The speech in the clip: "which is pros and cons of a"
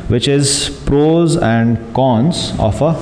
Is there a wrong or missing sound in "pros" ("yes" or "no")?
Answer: no